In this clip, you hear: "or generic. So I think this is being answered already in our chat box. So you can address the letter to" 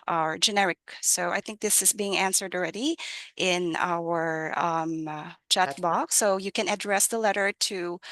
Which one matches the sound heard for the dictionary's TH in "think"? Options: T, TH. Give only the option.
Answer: TH